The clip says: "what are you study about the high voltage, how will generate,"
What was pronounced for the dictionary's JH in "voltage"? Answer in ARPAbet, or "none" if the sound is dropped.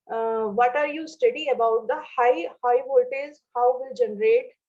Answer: Z